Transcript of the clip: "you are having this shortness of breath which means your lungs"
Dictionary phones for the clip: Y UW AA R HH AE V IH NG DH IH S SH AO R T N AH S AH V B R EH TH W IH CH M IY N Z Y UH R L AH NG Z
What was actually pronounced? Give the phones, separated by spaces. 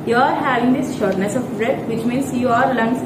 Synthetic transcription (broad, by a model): Y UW AA R HH AE V IH NG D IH S SH AO R T N AH S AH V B R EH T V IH CH M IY N S Y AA R L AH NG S